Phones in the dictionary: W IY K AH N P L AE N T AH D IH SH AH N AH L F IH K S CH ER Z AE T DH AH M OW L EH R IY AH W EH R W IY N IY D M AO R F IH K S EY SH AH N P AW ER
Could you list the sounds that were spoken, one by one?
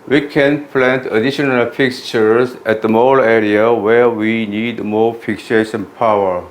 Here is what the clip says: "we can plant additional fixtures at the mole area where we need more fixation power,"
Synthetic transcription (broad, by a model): W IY K AH N P L AE N T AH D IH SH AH N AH L F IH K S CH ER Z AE T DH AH M OW L EH R IY AH W EH R W IY N IY D M AO R F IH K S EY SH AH N P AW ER